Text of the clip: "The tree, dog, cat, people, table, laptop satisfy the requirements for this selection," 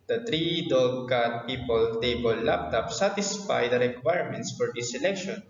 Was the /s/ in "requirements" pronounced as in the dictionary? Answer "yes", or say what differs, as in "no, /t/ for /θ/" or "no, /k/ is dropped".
yes